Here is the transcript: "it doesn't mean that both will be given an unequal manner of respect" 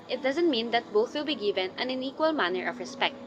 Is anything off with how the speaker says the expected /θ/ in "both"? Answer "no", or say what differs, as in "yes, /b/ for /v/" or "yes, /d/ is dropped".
no